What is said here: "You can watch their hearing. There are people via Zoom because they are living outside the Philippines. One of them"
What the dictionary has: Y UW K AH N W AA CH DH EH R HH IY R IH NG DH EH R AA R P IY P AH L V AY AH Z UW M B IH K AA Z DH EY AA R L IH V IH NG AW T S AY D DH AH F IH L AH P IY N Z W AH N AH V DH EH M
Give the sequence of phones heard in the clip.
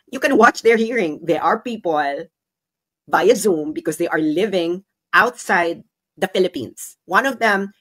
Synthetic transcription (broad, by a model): Y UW K AH N W AA CH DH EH R HH IY R IH NG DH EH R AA R P IY P AH L B AY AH Z UW M B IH K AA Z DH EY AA R L IH V IH NG AW T S AY D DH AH F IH L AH P IY N S W AH N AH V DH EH M